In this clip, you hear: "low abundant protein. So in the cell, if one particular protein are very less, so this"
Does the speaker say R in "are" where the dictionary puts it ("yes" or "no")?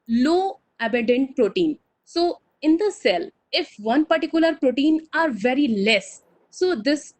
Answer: yes